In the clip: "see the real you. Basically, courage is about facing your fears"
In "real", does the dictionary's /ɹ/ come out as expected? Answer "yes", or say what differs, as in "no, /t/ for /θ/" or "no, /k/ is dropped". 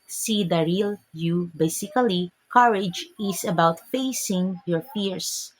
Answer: yes